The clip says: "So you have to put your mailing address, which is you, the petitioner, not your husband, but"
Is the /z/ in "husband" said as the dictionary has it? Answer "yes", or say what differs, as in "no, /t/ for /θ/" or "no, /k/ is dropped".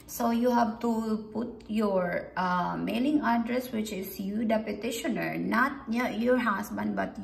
no, /s/ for /z/